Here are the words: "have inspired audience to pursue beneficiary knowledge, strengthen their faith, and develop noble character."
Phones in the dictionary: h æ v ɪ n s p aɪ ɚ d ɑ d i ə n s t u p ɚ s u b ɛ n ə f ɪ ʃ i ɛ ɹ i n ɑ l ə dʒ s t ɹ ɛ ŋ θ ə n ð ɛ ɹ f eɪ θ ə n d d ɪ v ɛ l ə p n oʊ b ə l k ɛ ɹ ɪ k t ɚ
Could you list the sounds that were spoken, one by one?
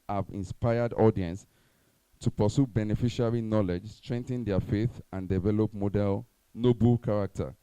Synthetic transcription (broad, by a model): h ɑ v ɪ n s p aɪ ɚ d ɑ d i ə n s t u p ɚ s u b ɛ n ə f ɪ ʃ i ɹ i n ɑ l ə dʒ s t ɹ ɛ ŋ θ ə n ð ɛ f eɪ θ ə n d d ɪ v ɛ l ə p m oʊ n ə l k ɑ ɹ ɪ k t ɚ